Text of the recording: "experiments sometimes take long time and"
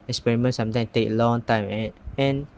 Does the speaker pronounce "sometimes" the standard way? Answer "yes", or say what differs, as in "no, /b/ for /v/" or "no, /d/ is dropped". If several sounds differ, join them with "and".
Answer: no, /z/ is dropped